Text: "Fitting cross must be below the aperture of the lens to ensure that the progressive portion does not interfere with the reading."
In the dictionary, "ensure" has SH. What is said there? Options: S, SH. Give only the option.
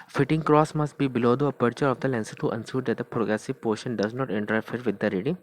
S